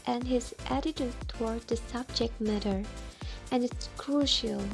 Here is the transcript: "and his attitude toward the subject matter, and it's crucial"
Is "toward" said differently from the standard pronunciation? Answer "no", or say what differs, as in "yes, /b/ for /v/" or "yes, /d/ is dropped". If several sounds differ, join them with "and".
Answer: no